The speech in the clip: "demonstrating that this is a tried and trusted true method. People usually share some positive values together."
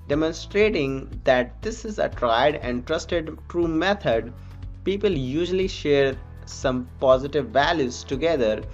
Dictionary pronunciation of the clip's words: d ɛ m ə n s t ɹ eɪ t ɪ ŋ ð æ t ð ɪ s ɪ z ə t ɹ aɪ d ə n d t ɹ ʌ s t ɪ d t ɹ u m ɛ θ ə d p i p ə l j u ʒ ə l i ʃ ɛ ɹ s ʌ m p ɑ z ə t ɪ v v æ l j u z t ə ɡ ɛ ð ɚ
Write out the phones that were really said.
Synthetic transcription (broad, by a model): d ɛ m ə n s t ɹ eɪ t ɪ ŋ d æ t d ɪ s ɪ z ə t ɹ aɪ d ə n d t ɹ ʌ s t ɪ d t ɹ u m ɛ t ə d p i p ə l j u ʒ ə l i ʃ ɛ ɹ s ʌ m p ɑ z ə t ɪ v v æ l j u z t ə ɡ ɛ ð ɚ